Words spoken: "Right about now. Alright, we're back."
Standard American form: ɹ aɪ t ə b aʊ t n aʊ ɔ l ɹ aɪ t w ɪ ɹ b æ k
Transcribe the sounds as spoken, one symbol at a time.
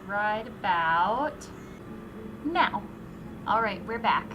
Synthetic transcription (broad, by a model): ɹ aɪ t ə b aʊ t n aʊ ɔ l ɹ aɪ t w ɪ ɹ b æ k